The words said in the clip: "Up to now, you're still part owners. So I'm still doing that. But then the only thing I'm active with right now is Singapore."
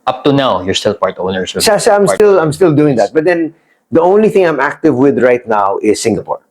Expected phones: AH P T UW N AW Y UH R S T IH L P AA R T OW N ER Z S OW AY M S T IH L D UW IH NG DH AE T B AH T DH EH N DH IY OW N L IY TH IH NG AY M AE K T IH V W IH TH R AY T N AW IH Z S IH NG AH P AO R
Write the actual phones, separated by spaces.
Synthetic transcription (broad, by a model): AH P T UW N AW Y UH R S T IH L P AA R T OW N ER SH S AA AY M S T IH L D UW IH NG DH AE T B AH T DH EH N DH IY OW N L IY TH IH NG AY M AE K T IH V W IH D R AY T N AW IH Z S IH NG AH P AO R